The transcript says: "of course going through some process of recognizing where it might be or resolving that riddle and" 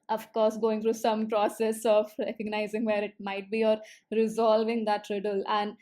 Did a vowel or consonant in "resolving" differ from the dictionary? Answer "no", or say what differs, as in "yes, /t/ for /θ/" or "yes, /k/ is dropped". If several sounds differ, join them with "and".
no